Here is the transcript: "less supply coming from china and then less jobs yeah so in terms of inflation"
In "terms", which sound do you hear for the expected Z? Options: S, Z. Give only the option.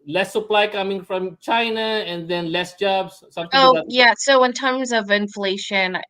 Z